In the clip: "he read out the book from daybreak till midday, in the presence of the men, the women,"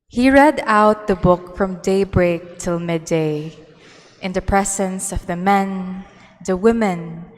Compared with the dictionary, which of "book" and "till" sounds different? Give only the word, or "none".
none